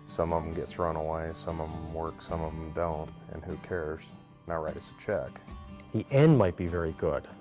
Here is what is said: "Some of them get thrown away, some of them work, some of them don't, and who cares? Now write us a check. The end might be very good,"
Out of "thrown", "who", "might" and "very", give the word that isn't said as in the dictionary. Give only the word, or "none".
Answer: none